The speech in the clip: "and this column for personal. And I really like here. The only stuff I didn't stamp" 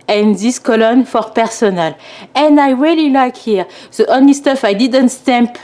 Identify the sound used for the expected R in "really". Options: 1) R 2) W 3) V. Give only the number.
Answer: 1